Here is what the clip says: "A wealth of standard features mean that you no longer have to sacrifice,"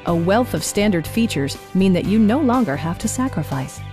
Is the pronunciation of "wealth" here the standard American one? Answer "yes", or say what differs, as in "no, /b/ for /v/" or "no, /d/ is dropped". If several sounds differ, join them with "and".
yes